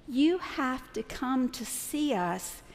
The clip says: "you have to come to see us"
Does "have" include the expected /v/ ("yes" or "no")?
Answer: no